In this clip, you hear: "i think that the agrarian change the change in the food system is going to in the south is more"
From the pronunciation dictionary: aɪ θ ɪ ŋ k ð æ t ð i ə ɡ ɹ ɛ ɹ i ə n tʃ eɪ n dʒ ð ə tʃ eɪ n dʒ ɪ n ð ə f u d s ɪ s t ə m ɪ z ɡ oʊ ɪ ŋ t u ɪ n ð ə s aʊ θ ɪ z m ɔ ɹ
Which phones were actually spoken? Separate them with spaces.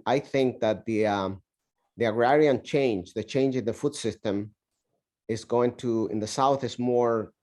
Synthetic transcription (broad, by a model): aɪ θ ɪ ŋ k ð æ t ð i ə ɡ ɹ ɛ ɹ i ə n tʃ eɪ n dʒ ð ə tʃ eɪ n dʒ ɪ n ð ə f u d s ɪ s t ə m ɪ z ɡ oʊ ɪ ŋ t u ɪ n ð ə s aʊ θ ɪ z m ɔ ɹ